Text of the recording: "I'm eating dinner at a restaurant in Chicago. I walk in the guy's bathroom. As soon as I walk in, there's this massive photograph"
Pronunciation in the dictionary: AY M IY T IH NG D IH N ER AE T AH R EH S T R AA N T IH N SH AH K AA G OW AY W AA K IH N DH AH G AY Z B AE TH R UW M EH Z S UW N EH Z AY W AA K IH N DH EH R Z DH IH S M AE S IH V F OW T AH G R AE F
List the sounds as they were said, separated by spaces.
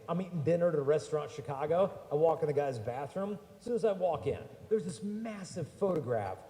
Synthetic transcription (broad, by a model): AY M IY T IH NG D IH N ER T AH R EH S T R AA N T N SH AH K AA G OW AY W AA K IH N DH AH G AY Z B AE TH R UW M S UW N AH Z AY W AA K IH N DH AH R Z DH IH S M AE S IH V F OW T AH G R AE F